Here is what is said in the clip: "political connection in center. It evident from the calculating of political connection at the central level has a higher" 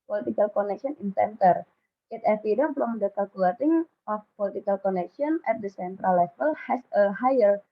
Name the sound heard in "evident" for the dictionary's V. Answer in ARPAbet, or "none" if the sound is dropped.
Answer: F